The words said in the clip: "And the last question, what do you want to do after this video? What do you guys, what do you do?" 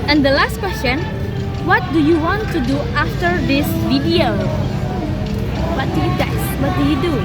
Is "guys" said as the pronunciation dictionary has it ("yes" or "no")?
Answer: no